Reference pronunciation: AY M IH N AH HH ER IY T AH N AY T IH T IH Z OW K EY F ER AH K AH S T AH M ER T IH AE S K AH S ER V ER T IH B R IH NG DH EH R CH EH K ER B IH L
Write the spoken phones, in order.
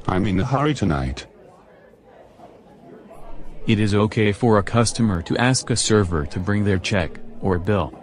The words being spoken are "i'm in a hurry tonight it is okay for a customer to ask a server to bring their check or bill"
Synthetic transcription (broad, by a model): AY M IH N AH HH ER IY T AH N AY T IH T IH Z OW K EY F ER AH K AH S T AH M ER T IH AE S K AH S ER V ER T IH B R IH NG DH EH R CH EH K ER B IH L